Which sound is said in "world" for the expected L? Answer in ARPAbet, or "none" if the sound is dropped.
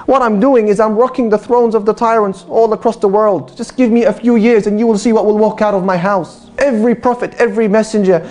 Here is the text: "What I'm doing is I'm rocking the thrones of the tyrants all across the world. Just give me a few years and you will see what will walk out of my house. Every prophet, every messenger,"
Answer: L